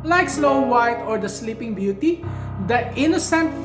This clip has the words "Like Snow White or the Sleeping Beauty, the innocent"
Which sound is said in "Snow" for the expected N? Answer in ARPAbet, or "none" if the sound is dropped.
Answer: L